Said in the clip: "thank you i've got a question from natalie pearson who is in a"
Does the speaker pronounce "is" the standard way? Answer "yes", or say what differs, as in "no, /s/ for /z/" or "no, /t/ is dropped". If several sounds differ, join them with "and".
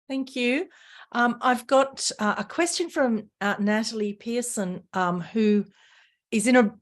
yes